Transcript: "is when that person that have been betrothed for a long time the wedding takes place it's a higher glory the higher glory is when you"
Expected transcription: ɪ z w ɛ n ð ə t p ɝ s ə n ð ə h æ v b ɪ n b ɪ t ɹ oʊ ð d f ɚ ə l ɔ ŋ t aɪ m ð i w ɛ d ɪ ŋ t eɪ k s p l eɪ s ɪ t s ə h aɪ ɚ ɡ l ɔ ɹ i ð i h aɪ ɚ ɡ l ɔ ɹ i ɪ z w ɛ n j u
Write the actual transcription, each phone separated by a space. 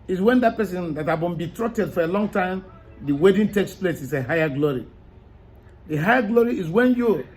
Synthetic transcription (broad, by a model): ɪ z w ɛ n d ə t p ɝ s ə n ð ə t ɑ b ɪ n b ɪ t ɹ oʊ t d f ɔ ə l ɔ ŋ t aɪ m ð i w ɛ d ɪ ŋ t eɪ k s p l eɪ s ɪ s ə h aɪ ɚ ɡ l ɔ ɹ i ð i h aɪ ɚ ɡ l ɔ ɹ i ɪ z w ɛ n j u